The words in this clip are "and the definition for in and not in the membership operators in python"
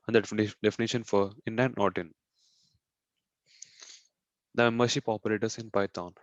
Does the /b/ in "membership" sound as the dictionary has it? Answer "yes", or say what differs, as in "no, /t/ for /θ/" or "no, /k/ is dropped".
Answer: no, /b/ is dropped